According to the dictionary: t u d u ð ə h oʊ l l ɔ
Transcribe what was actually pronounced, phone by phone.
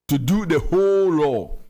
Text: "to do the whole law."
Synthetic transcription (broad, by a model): t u d u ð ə h oʊ l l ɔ